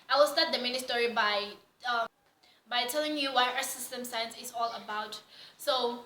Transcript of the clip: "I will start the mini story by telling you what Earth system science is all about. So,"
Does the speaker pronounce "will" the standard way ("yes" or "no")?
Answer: yes